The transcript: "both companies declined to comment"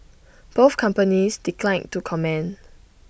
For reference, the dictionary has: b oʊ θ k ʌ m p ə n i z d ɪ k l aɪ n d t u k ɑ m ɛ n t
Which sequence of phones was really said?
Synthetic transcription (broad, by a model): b oʊ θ k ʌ m p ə n i s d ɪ k l aɪ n t u k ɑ m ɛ n